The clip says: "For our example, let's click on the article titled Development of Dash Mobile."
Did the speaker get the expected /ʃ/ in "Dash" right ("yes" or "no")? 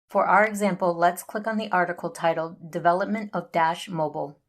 yes